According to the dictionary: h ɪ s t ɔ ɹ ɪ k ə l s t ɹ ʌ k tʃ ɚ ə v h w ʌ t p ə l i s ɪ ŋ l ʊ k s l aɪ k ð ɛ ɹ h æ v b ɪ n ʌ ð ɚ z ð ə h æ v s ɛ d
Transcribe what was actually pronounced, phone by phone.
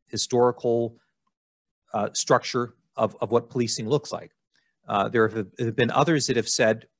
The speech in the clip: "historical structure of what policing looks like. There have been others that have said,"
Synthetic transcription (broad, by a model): h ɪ s t ɔ ɹ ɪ k l s t ɹ ʌ k tʃ ɚ ə v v w ʌ t p ə l i s ɪ ŋ l ʊ k s l aɪ k ð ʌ ɹ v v b ɪ n ʌ ð ɚ z ð ə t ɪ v s ɛ d